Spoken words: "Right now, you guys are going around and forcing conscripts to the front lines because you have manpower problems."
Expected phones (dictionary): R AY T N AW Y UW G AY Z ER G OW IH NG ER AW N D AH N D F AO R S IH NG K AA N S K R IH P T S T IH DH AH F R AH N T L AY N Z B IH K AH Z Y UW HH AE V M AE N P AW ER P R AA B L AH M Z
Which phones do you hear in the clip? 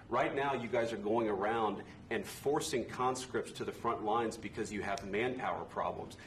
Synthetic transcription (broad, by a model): R AY T N AW Y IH G AY Z ER G OW IH NG ER AW N D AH N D F AO R S IH NG K AA N S K R IH P T S T IH DH AH F R AH N T L AY N Z B IH K AH Z Y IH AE V M AE N P AW ER P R AA B L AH M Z